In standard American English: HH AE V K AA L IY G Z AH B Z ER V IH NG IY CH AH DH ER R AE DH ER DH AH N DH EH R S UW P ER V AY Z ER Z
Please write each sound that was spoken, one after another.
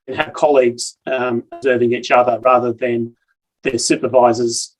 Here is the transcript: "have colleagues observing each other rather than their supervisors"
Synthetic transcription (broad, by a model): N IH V K AA L IY G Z AH B Z ER V IH NG IY CH AH DH ER R AE DH ER DH AH N DH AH R S UW P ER V AY Z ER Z